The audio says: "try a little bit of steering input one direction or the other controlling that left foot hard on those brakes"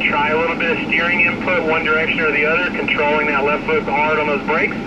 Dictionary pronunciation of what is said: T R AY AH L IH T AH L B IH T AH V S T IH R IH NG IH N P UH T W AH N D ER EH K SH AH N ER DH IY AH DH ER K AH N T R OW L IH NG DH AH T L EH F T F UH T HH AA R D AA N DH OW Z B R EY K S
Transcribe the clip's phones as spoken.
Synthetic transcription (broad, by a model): T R AY AH L IH T L B IH T S T IH R IH NG IH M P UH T W AH N D ER EH K SH AH N ER DH IY AH DH ER K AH N T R OW L IH NG DH AH T L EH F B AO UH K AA R D N DH OW Z B R EY K S